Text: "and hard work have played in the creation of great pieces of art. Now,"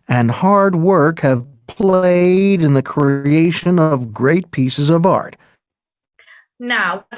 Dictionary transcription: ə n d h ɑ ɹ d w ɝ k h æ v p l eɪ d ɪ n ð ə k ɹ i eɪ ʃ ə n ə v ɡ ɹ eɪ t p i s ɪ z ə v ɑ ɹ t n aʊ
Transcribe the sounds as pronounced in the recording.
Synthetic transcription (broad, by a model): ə n h ɑ ɹ d w ɝ k h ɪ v p l eɪ d ɪ n ð ə k ɹ i eɪ ʃ ə n ə v ɡ ɹ eɪ t p i s ɪ z ə v ɑ ɹ t n aʊ